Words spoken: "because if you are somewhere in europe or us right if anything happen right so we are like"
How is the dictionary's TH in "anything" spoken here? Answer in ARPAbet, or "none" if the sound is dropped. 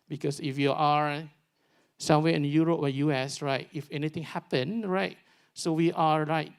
T